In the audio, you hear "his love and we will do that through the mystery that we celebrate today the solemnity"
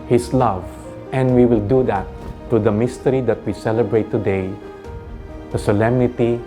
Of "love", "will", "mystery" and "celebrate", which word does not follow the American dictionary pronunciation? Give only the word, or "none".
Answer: none